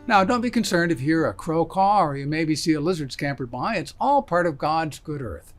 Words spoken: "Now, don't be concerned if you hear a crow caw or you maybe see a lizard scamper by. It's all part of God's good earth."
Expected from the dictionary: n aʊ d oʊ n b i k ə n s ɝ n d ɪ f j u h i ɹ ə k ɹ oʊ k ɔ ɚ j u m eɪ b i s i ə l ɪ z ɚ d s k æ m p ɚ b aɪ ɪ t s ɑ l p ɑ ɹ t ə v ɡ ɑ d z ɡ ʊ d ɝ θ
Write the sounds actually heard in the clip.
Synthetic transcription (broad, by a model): n aʊ d oʊ n b i k ə n s ɝ n d ɪ f h i ɹ ə k ɹ oʊ k ɔ ɚ j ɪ m eɪ b i s i ə l ɪ z ɚ d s k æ m p ɚ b aɪ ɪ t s ɑ l p ɑ ɹ t ə v ɡ ɑ d z ɡ ʊ d ɝ θ